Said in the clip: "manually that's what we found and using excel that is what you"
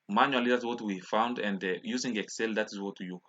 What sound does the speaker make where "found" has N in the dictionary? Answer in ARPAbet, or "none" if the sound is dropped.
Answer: N